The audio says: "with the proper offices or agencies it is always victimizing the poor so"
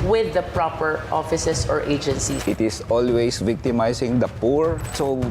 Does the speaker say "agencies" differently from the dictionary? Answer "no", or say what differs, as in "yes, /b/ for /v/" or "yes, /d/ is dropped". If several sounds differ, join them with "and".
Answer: yes, /z/ is dropped